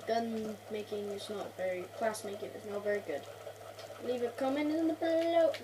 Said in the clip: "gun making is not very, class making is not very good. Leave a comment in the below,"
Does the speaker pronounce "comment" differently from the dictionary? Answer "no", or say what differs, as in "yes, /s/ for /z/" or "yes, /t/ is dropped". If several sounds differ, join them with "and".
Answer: yes, /t/ is dropped